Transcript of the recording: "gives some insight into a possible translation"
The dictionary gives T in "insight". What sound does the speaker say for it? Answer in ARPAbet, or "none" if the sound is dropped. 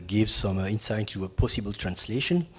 none